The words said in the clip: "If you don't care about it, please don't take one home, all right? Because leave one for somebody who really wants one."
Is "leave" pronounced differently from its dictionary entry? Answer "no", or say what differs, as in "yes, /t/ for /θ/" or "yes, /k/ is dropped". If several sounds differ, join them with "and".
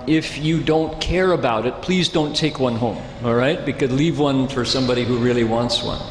no